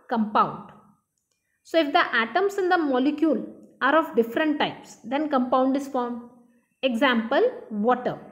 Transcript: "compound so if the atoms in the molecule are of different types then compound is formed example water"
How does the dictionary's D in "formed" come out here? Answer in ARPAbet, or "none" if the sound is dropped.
none